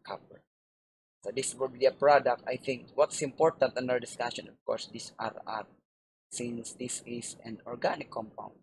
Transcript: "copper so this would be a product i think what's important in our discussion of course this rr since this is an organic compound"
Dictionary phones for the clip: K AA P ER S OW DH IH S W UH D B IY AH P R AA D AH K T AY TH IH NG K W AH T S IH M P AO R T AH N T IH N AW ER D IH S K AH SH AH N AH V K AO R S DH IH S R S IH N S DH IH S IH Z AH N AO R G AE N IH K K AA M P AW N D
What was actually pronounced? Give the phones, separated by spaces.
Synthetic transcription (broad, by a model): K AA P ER S OW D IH S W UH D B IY AH P R AA D AH K T AY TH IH NG K W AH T S IH M P AO R T AH N T IH N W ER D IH S K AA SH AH N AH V K AO R S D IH S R S IH N S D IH S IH S AH N AO R G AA N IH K K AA M P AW N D